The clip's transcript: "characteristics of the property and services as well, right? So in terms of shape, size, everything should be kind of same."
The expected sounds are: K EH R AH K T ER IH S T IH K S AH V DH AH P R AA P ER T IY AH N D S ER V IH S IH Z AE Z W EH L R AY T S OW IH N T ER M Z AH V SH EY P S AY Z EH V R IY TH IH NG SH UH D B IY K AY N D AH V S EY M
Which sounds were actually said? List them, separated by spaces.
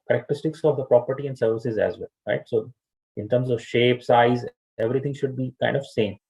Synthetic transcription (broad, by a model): K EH R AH K T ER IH S T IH K S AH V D AH P R AA P ER T IY AH N D S ER V IH S IH Z AE Z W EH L R AY T S OW IH N T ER M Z AH V SH EY P S AY Z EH V R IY T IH NG SH UH D B IY K AY N D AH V S EY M